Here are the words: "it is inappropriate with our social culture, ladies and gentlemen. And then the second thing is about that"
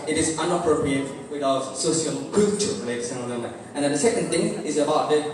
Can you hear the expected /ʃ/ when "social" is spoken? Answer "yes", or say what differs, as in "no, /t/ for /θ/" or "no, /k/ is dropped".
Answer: no, /s/ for /ʃ/